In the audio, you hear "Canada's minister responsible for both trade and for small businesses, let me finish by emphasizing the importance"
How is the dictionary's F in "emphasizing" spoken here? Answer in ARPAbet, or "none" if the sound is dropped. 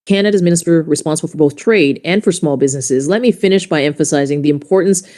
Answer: F